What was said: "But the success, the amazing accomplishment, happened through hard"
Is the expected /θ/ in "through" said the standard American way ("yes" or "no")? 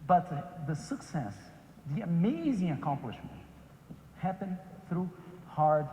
yes